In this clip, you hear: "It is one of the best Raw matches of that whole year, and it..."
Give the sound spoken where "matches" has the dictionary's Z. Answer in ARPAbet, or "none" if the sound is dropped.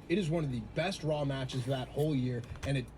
Z